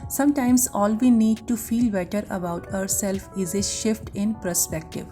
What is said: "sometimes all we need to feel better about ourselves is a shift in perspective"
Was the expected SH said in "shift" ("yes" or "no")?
yes